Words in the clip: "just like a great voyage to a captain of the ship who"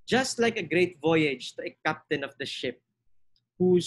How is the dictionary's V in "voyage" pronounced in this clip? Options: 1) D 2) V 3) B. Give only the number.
2